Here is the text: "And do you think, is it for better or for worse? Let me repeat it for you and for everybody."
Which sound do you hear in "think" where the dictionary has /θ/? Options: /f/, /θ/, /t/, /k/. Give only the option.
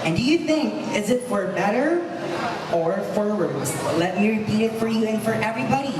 /θ/